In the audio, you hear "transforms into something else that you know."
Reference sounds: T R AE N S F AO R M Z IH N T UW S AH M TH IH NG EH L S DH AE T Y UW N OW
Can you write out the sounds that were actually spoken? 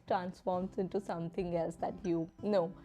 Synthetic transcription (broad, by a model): T R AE N S F AO R M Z IH N T UW S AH M T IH NG EH L S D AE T Y UW N OW